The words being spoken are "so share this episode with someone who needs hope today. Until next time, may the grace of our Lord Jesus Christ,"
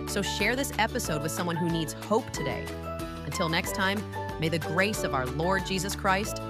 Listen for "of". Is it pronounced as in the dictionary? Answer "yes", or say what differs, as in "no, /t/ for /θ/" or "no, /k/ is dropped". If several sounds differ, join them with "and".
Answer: yes